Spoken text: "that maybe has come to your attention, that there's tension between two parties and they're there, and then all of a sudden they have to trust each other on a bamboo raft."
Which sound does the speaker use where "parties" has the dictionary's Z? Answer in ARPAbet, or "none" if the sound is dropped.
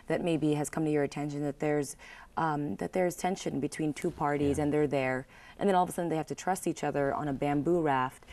Z